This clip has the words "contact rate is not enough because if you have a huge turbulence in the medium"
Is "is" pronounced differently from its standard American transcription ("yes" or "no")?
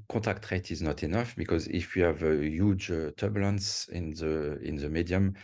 no